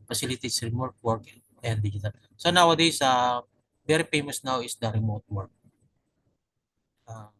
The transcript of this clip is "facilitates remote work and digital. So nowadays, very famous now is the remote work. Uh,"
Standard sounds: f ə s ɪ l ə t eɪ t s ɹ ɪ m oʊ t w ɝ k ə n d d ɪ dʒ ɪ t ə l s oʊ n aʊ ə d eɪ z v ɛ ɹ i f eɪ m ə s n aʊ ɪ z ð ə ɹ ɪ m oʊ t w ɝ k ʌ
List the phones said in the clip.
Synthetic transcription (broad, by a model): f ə s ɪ l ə t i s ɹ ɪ m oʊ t w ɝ k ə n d d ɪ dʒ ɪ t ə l s oʊ n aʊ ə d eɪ s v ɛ ɹ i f eɪ m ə s n aʊ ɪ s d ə ɹ ɪ m oʊ t w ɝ k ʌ